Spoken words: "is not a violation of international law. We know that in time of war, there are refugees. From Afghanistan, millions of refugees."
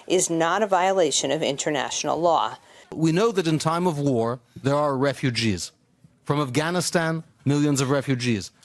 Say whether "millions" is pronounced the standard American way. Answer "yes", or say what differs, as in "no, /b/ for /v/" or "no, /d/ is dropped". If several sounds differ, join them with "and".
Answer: yes